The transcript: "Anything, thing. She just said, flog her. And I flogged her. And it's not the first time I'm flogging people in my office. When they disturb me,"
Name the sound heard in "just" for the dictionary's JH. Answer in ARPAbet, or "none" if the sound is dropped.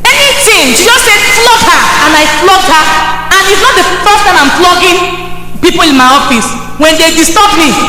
Z